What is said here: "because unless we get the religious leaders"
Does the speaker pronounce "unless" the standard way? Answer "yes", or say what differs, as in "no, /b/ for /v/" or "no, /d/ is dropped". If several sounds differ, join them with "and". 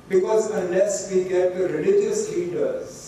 no, /l/ is dropped